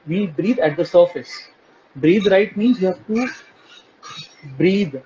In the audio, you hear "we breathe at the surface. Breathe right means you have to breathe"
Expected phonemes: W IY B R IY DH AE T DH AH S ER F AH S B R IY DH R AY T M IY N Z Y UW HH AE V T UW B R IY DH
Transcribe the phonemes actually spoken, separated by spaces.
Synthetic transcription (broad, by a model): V IY B R IY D AE T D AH S ER F AH S B R IY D R AY T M IY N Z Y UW HH AE V T UW B R IY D